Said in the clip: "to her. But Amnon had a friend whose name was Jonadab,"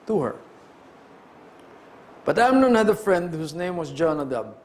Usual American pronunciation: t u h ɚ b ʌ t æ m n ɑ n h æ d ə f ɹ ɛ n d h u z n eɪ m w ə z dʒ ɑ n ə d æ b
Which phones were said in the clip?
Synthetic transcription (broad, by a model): t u h ɚ b ʌ t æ m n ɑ n h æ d ə f ɹ ɛ n d h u s n eɪ m w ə s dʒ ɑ n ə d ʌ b